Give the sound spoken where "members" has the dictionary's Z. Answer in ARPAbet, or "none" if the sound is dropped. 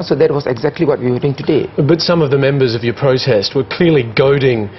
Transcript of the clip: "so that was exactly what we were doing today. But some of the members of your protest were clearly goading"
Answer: Z